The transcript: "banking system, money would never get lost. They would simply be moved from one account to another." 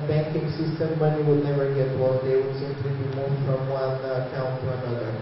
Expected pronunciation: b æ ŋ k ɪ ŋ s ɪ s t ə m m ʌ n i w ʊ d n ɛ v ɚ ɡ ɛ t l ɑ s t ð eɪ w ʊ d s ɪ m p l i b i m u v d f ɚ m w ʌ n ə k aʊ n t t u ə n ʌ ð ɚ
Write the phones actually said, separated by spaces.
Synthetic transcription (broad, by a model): b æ ŋ k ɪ ŋ s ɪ s t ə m m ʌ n i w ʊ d n ɛ v ɚ ɡ ɛ t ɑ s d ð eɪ w ʊ d s ɪ m p l i b i m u f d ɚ m w ʌ n ə k aʊ n t t u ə n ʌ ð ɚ